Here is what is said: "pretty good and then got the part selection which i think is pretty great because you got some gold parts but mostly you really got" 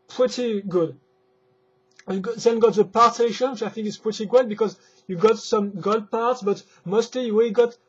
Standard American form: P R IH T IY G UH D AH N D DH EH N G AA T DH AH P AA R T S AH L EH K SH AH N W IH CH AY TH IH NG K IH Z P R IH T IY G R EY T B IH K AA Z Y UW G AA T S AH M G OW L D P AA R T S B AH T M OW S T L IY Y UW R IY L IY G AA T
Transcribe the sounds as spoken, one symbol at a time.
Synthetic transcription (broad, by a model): P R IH T IY G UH D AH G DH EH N G AA T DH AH P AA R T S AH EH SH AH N W IH CH AY TH IH NG K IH S P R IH T IY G EY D B IH K AA Z Y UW G AA T S AH M G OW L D P AA R T S B AH T M OW S T L IY Y UW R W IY G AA T